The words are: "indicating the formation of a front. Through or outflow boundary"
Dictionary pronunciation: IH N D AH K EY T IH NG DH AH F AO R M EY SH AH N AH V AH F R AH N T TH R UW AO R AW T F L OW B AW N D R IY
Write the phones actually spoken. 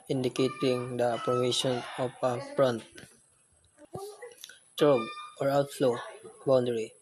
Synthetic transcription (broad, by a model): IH N D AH K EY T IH NG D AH P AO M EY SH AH N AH P AH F R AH N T T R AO AO R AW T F L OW B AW N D R IY